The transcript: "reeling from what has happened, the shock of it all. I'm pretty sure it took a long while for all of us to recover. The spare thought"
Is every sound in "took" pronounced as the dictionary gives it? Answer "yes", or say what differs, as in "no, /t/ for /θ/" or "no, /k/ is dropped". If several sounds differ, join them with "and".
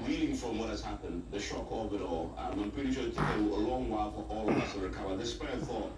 no, /k/ is dropped